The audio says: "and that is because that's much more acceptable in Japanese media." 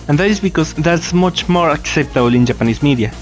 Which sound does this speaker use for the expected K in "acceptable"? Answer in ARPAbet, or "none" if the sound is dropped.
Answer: K